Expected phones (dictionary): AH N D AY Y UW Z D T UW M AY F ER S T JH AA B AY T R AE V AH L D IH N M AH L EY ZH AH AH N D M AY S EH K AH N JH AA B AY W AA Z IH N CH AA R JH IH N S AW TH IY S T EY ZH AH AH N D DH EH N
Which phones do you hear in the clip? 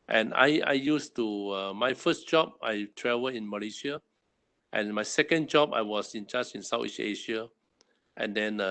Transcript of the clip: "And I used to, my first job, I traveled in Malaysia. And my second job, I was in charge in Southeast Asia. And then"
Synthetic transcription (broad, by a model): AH N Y AY Y UW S T UW M AY F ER S T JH AA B AY T R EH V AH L IH N M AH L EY SH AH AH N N M AY S EH K AH N JH AA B AY W AA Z IH N CH AA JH IH N S AW T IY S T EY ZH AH AH N D EH N